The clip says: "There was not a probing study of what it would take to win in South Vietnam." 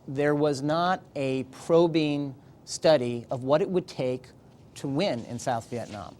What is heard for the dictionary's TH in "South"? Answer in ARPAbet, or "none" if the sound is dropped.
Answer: TH